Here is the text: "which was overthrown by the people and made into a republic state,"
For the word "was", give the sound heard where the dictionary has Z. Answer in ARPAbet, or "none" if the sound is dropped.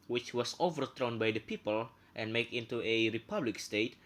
S